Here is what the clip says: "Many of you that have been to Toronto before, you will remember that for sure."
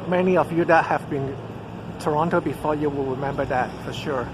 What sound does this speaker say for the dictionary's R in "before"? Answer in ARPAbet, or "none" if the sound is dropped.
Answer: R